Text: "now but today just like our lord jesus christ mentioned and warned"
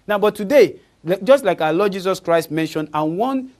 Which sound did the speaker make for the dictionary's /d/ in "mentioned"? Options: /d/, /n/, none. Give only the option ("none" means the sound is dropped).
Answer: /d/